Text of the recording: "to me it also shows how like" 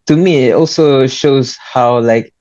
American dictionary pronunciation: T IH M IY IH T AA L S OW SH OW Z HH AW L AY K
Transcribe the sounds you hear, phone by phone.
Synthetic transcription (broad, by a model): T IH M IY IH T AA L S OW SH OW Z HH AW L AY K